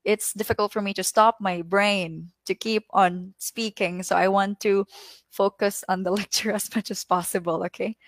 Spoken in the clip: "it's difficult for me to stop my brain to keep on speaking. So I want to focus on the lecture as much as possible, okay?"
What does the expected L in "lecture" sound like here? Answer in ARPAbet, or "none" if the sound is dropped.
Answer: L